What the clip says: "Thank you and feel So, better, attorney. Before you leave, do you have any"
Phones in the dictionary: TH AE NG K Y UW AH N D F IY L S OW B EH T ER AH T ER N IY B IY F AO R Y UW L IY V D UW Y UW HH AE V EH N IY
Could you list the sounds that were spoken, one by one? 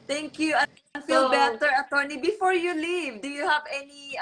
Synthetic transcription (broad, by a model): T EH NG K Y UW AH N F IY L B EH T ER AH T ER N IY B IY F AO R Y UW L IY V D UW Y UW HH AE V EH N IY